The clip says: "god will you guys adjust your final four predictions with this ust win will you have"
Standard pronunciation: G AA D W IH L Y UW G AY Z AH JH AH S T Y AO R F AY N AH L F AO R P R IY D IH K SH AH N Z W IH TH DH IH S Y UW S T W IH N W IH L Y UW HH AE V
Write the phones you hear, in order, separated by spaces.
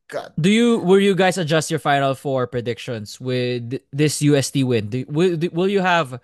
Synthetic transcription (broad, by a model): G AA D W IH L Y UW G AY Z AH JH AH S T Y AO R F AY N AH L F AO R P R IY D IH K SH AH N S W IH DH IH S Y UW S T W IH N W IH L Y UW HH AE V